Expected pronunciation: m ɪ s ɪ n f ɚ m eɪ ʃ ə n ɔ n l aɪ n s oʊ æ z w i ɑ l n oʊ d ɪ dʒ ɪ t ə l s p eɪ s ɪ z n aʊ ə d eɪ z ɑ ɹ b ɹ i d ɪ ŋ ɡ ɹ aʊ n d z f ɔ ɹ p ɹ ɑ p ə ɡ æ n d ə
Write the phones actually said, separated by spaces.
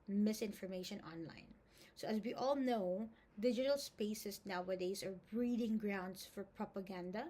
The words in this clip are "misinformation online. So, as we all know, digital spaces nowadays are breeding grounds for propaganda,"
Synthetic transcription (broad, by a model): m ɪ s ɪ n f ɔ m eɪ ʃ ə n ɔ n l aɪ n s oʊ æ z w i ɑ l n oʊ d ɪ dʒ ɪ t ə l s p eɪ s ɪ s n aʊ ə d eɪ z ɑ ɹ b ɹ i d ɪ ŋ ɡ ɹ aʊ n d s f ɔ ɹ p ɹ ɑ p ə ɡ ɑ n d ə